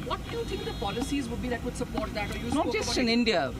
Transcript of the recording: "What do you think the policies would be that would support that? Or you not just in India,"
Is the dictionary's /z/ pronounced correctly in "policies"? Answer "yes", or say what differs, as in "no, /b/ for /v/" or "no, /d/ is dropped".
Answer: yes